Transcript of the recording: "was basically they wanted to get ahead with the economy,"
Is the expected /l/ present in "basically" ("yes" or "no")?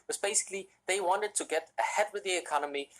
yes